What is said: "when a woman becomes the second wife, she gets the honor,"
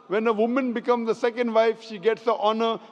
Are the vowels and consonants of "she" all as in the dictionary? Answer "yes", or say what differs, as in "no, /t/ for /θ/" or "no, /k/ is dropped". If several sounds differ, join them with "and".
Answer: yes